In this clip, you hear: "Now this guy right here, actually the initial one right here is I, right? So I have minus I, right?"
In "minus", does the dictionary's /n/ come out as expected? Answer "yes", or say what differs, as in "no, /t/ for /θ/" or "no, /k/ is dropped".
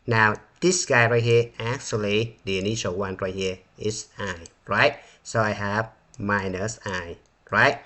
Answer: yes